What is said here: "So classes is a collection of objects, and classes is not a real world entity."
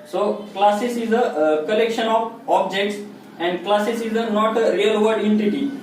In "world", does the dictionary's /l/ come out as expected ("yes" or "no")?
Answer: no